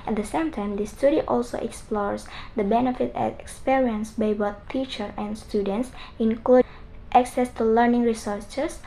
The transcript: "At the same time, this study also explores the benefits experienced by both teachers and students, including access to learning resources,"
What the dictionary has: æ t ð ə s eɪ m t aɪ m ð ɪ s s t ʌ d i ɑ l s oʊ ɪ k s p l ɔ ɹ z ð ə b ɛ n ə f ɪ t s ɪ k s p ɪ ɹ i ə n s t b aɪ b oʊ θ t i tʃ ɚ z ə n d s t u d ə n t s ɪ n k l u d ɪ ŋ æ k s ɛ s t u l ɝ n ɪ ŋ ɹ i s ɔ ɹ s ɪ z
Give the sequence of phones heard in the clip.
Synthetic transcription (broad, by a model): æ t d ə s eɪ m t aɪ m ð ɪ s s t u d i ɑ l s oʊ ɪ k s p l ɔ ɹ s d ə b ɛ n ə f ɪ t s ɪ k s p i ɹ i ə n s b aɪ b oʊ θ t i tʃ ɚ ə n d s t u d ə n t s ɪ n k l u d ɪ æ k s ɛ s t u l ɝ n ɪ ŋ ɹ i s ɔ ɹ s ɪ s